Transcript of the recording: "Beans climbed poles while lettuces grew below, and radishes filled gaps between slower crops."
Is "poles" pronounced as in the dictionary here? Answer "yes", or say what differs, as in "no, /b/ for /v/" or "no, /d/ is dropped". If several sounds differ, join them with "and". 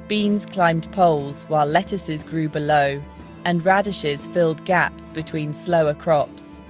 yes